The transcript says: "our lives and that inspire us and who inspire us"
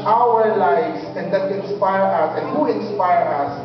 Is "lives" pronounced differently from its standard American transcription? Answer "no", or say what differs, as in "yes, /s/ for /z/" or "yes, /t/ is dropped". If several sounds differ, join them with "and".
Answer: yes, /s/ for /z/